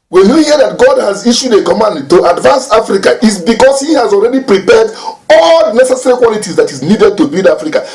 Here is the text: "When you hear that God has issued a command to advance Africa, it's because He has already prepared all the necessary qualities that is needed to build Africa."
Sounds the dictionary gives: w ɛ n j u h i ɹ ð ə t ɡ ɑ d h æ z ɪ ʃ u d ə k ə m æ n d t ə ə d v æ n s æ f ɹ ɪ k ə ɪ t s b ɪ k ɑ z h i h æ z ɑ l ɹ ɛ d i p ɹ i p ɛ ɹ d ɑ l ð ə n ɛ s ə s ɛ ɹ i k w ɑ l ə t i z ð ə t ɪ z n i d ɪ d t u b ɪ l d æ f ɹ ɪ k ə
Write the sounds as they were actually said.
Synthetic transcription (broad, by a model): w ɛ n j u h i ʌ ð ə t ɡ ɑ d h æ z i ʃ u d ə k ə m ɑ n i t ə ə d v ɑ n s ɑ f ɹ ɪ k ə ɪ t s b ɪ k ɑ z h i h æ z ɑ l ɹ ɛ d i p ɹ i p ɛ d ɑ l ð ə n ɛ s ə s ɛ ɹ i k w ɑ l ə t i z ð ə t ɪ z n i d ɪ d t u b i d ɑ f ɹ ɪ k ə